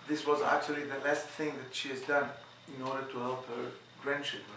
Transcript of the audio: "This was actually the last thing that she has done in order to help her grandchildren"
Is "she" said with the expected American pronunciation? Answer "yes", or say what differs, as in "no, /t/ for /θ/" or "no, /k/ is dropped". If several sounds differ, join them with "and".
yes